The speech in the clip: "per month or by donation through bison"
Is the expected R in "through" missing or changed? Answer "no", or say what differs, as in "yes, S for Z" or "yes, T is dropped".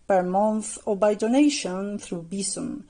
no